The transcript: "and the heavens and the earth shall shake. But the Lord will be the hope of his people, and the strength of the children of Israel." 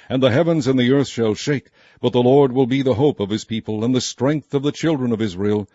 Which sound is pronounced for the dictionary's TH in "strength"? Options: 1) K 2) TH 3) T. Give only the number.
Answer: 2